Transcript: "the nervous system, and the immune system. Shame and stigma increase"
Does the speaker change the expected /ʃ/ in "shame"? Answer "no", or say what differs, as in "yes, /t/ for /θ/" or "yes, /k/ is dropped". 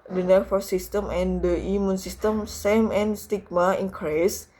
yes, /s/ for /ʃ/